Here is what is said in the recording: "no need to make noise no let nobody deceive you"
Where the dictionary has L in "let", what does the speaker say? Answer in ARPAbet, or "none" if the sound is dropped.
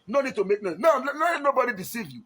N